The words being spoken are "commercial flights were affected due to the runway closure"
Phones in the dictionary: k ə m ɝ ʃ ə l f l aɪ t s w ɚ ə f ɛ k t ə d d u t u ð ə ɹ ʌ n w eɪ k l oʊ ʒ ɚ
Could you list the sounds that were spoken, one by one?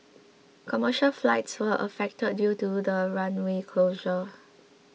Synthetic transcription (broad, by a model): k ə m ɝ ʃ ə l f l aɪ t s w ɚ ə f ɛ k t ə d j u t u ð ə ɹ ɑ n w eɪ k l oʊ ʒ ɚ